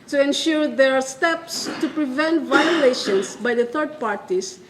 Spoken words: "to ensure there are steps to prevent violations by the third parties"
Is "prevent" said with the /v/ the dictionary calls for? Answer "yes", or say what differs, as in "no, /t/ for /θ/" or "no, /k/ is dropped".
yes